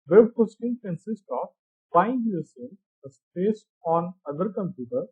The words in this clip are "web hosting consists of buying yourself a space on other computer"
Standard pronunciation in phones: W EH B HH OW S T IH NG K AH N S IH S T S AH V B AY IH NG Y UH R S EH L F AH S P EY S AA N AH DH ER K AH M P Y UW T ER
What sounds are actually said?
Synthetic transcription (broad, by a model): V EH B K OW S T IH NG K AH N S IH S T AH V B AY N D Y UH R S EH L AH S P EY S AA N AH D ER K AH M P Y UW T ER